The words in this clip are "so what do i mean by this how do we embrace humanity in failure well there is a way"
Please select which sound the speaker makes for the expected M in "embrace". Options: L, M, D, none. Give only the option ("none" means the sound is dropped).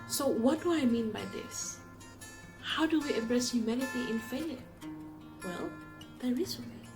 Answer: none